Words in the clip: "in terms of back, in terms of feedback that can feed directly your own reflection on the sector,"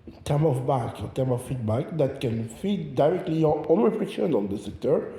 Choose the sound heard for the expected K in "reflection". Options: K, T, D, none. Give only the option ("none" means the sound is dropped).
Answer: none